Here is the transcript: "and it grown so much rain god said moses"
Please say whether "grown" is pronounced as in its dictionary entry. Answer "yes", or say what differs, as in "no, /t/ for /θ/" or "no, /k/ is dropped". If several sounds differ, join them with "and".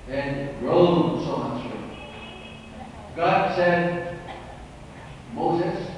no, /l/ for /n/